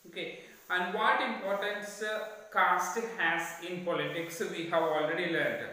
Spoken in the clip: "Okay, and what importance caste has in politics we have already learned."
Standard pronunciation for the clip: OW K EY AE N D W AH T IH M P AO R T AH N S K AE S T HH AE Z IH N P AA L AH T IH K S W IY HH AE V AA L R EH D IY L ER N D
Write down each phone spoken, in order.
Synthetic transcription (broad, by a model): OW K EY AE N D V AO T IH M P AO R T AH N S K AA S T HH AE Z IH N P AA L AH T IH K S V IY HH AE V AA L R EH D IY L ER N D